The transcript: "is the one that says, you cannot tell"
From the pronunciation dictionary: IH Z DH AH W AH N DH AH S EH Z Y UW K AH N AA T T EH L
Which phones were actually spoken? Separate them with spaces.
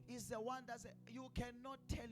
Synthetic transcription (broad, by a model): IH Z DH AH W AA N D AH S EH Y UW K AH N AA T T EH L